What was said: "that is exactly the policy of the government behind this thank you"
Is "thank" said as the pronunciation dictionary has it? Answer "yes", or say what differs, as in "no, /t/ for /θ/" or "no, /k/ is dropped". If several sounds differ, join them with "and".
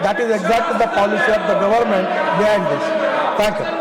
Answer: no, /t/ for /θ/